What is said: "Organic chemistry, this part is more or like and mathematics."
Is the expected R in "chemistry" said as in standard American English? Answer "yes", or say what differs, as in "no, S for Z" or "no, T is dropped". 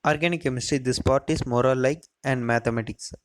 no, R is dropped